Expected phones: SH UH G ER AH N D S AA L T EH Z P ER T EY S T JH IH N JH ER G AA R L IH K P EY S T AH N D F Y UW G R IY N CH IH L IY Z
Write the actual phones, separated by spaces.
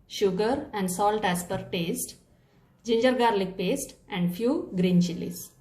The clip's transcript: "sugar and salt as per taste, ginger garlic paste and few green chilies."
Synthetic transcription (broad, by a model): SH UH G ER AH N D S AA L T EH S P ER T EY S T JH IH N JH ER G AA R L IH K P EY S T AH N D F Y UW G R IY N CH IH L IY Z